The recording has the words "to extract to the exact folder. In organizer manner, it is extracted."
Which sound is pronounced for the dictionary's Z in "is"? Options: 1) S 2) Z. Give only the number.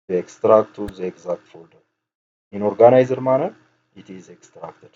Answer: 2